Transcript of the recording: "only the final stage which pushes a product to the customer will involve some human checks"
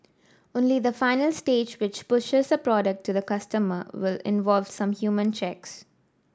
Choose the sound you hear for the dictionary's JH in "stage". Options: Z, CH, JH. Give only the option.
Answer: JH